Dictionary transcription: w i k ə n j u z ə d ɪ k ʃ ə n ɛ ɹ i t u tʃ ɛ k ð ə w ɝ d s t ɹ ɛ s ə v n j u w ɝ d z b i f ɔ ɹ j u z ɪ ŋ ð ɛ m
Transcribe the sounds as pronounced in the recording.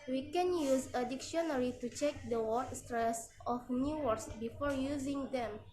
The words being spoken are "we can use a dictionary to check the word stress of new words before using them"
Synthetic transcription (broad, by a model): w i k ə n j u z ə d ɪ k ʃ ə n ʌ ɹ i t u tʃ ɛ k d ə w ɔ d s t ɹ ɛ s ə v n j u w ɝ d s b i f ɔ ɹ j u z ɪ ŋ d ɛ m